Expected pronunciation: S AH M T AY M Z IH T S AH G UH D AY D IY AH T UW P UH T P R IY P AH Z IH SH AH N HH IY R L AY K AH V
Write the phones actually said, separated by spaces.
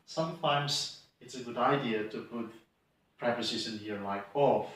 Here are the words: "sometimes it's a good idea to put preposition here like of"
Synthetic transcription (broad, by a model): S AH M T AY M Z IH T S AH G UH D AY D IY AH T UW P UH T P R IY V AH S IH S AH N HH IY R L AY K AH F